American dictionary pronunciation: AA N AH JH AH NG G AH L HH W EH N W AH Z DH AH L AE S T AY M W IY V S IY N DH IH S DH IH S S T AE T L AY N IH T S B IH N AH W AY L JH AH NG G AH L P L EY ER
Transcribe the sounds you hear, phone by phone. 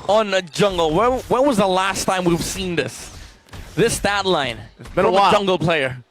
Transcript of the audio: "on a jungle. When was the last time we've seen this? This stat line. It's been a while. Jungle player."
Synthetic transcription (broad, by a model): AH N AH JH AH NG G L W W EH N W AH Z DH AH L AE S T AY M W IY V S IY N DH IH S DH IH S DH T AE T L AY N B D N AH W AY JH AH NG G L P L EY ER